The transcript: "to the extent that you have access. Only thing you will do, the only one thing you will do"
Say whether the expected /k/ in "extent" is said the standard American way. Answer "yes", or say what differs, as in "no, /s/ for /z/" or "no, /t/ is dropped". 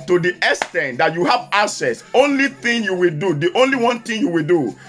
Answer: no, /k/ is dropped